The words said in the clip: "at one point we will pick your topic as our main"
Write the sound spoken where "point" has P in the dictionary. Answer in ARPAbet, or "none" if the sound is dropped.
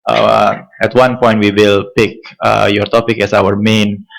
P